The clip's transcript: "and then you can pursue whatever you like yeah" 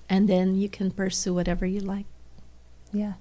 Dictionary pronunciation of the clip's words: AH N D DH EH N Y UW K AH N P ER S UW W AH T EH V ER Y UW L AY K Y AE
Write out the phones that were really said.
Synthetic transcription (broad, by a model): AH N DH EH N Y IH K AH N P ER S UW W AH T EH V ER Y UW L AY K Y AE